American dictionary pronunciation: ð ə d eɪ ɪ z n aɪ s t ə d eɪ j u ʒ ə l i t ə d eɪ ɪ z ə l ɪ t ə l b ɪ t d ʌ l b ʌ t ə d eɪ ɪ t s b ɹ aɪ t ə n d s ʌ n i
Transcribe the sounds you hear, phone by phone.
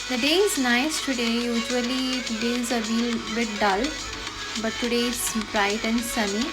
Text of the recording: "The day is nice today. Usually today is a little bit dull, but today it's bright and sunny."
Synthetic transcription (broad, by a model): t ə d eɪ ɪ z n aɪ s t ə d eɪ j u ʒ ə i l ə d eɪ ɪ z ə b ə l b ɪ t d ʌ l b ʌ t ə d eɪ ɪ t s b ɹ aɪ t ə n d s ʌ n i